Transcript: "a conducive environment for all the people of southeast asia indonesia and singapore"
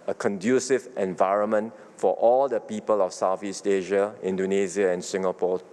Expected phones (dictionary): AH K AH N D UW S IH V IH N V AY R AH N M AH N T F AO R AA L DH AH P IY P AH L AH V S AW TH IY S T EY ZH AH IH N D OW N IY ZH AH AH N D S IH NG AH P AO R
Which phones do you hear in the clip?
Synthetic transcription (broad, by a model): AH K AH N D UW S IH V IH N V AY R AH N M AH N T F AO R AA L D AH P IY P AH L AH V S AW F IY S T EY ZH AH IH N D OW N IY Z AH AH N S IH NG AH P AO